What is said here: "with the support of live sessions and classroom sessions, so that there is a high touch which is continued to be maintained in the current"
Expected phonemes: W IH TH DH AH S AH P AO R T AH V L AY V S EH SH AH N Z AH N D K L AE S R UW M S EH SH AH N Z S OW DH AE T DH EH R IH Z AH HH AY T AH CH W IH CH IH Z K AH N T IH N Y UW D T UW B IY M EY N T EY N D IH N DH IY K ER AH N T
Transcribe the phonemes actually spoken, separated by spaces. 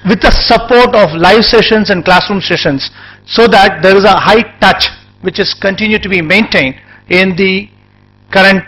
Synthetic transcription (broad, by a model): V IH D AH S AH P AO R T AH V L AY V S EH SH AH N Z AH N D K L AE S R UW M S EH SH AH N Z S OW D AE T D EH R IH Z AH HH AY T AH CH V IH CH IH Z K AH N T IH N Y UW D T UW B IY M EY N T EY N D IH N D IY K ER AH N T